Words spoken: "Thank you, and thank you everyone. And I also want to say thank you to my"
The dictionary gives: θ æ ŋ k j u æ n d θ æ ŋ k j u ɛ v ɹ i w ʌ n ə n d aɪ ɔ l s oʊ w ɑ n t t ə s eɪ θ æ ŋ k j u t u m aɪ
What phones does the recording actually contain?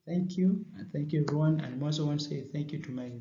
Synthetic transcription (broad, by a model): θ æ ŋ k j u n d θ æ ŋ k j u ɛ v ɹ i w ʌ n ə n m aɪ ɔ s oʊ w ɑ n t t s eɪ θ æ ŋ k j u t u m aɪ